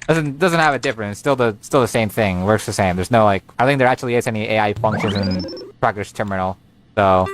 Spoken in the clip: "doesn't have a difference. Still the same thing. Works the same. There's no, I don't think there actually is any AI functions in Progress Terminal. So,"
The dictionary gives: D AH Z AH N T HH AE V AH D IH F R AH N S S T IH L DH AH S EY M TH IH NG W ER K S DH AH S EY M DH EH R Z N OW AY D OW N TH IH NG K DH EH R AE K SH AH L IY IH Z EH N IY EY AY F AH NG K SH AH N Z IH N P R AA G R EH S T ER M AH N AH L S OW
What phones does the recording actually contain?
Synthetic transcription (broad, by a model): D AH Z AH N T HH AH V AH D IH F R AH N S S T IH L DH AH S EY M TH IH NG W ER K S DH AH S EY M DH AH R Z N OW AY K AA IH TH IH NG K DH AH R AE K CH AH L IY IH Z EH N IY EY AY F AH NG K SH AH N Z IH N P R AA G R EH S T ER M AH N L S OW